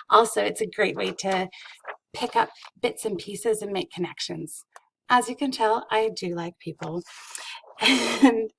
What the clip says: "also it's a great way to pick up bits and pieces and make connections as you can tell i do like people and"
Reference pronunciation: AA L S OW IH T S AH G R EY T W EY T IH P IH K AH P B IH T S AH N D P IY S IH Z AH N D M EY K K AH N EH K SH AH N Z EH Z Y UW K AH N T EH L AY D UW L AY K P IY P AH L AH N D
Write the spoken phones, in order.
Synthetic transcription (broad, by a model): AA L S OW IH T S AH G R EY T W EY T IH P IH K AH P B IH T S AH N P IY S IH Z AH N M EY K K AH N EH K SH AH N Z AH Z Y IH K AH N T EH L AY D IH L AY K P IY P L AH N